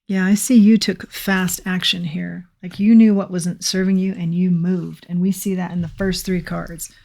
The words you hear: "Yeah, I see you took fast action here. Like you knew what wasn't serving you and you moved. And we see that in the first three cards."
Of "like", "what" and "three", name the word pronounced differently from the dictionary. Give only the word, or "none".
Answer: none